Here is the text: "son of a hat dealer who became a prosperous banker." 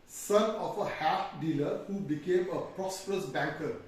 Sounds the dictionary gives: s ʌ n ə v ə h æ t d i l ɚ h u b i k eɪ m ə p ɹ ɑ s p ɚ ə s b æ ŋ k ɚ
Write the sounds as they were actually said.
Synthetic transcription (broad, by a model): s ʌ n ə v ə h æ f d i l ɚ h u b i k eɪ m ə p ɹ ɑ s p ɚ ə s b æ ŋ k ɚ